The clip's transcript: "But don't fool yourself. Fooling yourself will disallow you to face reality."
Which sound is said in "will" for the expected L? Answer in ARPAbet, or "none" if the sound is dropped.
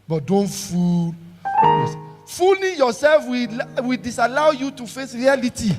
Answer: W